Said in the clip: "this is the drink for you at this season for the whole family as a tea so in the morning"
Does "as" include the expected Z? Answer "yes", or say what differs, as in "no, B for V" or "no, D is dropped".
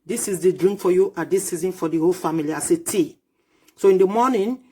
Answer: no, S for Z